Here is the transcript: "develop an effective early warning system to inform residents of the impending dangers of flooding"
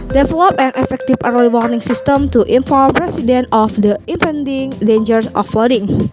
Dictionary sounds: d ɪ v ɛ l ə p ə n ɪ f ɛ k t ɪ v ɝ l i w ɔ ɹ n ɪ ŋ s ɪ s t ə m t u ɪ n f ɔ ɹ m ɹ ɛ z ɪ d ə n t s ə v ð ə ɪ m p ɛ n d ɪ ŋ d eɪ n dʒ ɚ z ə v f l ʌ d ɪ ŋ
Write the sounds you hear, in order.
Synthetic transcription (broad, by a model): d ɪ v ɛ l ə p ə n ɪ f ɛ k t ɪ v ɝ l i w ɔ ɹ n ɪ ŋ s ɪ s t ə m t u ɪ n f ɔ ɹ m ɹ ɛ s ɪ d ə n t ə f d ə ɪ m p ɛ n d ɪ ŋ d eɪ n dʒ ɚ s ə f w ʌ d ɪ ŋ